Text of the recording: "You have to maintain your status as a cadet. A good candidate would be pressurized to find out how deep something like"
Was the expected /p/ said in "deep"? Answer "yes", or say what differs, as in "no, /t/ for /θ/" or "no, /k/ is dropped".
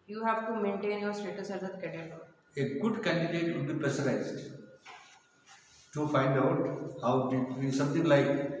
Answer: no, /b/ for /p/